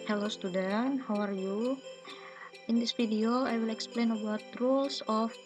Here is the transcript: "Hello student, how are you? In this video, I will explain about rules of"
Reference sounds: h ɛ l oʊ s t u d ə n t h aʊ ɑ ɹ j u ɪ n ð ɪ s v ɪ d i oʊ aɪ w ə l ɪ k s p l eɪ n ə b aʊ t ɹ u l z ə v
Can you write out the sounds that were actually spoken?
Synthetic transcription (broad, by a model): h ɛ l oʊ s t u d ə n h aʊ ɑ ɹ j u ɪ n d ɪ s f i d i oʊ aɪ w ə l ɪ k s p l eɪ n ə b aʊ t ɹ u l s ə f